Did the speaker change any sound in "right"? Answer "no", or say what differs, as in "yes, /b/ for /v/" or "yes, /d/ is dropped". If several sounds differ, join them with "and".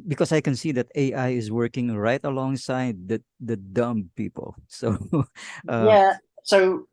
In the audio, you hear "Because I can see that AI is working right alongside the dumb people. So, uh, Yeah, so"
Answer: no